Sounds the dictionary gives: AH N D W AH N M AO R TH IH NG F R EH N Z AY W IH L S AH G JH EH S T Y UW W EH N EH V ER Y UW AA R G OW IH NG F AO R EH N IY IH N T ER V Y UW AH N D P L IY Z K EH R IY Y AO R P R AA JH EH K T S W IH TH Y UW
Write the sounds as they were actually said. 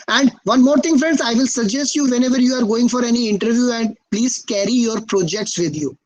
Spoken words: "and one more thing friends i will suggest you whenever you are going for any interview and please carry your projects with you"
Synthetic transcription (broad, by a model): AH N D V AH N M AO R T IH NG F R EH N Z AY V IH L S AH G JH EH S T Y UW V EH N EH V ER Y UW AA R G OW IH NG F AO R EH N IY IH N T ER V Y UW AH N D P L IY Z K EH R IY Y AO R P R AA JH EH K T S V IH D Y UW